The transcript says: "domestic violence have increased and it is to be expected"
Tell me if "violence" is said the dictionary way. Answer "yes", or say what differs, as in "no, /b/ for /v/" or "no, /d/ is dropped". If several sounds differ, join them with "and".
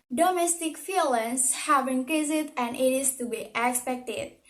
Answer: no, /f/ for /v/